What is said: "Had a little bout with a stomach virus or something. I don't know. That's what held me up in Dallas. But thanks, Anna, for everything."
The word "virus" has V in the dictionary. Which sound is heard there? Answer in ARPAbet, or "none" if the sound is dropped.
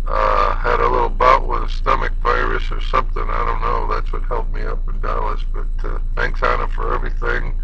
P